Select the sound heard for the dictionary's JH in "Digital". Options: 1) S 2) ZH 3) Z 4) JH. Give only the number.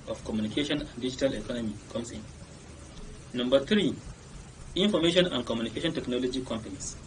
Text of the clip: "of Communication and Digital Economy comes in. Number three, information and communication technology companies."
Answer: 4